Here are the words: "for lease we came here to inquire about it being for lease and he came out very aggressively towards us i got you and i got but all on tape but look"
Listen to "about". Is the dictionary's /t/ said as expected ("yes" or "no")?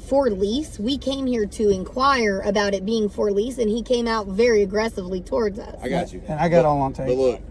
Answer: yes